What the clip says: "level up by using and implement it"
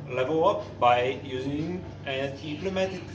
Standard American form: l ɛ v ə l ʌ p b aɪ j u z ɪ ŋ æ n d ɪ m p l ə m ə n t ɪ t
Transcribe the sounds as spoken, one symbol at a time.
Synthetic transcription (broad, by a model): l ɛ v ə ʌ p b aɪ j u z ɪ ŋ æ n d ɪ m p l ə m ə t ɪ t